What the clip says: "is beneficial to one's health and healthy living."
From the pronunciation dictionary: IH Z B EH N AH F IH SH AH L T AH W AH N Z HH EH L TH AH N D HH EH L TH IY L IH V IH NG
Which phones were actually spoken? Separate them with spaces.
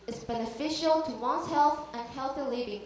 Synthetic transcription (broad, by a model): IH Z B EH N AH F IH SH AH L T AH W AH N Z HH EH L TH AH N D HH EH L TH IY L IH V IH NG